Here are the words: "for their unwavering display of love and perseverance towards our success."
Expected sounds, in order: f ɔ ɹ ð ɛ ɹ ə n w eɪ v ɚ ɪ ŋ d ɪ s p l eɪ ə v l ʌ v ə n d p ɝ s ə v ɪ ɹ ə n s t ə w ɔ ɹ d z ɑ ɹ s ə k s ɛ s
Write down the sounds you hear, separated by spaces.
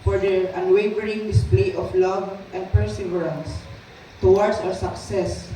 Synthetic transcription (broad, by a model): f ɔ ɹ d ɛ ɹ ə n w eɪ v ɚ ɪ ŋ d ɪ s p l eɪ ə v l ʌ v ə n d p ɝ s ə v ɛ ɹ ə n s t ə w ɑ ɹ d s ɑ w s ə k s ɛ s